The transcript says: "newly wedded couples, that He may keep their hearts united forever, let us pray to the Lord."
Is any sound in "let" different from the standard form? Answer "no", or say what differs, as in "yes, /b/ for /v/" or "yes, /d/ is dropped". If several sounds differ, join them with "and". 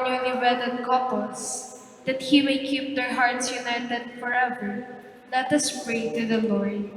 no